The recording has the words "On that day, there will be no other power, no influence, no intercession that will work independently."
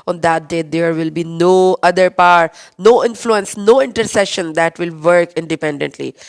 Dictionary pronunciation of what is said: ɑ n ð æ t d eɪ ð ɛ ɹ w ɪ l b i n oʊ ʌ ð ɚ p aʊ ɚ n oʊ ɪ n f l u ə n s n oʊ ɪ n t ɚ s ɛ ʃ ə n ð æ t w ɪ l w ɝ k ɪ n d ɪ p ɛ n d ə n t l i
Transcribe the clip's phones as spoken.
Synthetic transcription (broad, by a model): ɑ n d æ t d eɪ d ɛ ɹ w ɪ l b i n oʊ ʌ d ɚ p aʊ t n oʊ ɪ n f l u ə n s n oʊ ɪ n t ɚ s ɛ ʃ ə n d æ t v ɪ l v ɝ k ɪ n d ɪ p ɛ n d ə n t l i